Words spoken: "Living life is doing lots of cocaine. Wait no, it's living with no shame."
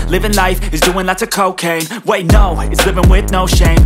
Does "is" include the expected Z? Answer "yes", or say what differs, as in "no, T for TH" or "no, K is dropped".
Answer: yes